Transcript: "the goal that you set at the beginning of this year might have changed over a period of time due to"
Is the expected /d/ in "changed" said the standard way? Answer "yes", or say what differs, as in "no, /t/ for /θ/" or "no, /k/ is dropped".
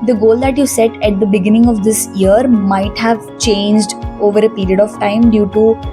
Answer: yes